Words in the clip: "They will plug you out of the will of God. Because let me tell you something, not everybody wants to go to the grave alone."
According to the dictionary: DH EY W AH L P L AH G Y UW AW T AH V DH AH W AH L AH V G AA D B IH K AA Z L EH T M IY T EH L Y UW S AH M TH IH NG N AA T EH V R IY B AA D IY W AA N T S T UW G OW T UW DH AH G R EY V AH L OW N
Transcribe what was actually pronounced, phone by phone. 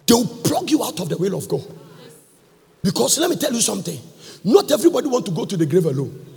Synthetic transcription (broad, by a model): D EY W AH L P L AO G Y UW AW T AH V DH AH W AH L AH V G AA D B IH K AA S L EH T M IY T EH L Y UW S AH M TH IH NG N AA T EH V R IY B AA D IY W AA N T T UW G OW T UW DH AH G R EY V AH L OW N